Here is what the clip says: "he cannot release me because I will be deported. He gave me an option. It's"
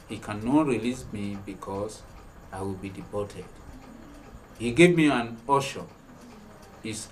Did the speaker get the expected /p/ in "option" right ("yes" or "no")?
no